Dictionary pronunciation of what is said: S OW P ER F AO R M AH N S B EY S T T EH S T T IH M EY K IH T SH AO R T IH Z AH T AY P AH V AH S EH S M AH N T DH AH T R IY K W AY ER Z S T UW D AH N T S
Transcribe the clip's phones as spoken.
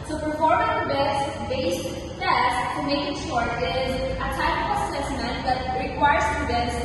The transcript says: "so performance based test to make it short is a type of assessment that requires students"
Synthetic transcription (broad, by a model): S OW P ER F AO R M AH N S B EY S T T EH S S T IH M EY K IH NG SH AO R IH Z AH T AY AH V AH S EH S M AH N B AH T R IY K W AY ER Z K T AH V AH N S